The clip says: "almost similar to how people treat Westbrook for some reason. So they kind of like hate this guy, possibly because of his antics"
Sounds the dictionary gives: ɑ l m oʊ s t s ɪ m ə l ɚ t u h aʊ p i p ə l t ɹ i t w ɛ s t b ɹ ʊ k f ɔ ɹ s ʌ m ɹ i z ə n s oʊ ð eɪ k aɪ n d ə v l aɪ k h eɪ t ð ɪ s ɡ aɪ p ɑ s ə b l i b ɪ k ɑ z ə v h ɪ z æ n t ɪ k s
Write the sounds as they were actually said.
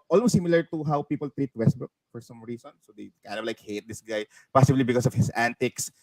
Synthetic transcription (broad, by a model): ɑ l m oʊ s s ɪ m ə l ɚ t u h aʊ p i p ə l t ɹ i t w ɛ s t b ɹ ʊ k f ɔ ɹ s ʌ m ɹ i s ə n s oʊ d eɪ k aɪ n d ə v l aɪ k h eɪ t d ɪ s ɡ aɪ p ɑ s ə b l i b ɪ k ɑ s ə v h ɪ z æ n t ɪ k s